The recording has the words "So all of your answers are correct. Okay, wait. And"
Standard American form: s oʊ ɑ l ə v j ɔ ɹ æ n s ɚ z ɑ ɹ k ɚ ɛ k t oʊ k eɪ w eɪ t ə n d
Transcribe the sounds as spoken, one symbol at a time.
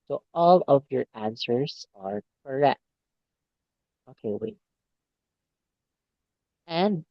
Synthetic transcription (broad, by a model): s oʊ ɑ l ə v j ɔ ɹ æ n s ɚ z ɑ ɹ k ɚ ɛ k t oʊ k eɪ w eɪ ə n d